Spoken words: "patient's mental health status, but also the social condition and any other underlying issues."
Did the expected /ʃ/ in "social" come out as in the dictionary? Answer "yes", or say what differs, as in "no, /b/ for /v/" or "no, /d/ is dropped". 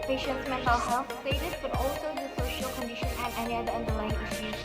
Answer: yes